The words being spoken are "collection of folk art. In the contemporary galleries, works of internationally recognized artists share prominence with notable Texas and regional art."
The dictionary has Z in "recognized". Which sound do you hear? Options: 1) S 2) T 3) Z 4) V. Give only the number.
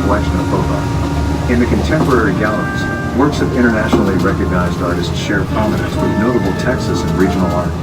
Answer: 3